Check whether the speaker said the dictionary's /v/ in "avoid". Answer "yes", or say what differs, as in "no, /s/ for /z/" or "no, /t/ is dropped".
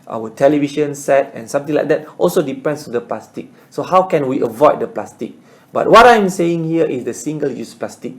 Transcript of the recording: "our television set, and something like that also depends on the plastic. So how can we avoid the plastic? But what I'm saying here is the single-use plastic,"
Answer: yes